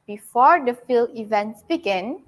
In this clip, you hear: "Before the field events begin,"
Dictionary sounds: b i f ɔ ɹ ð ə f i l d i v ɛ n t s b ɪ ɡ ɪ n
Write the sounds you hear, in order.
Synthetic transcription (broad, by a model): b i f ɔ ɹ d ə f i l i v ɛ n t s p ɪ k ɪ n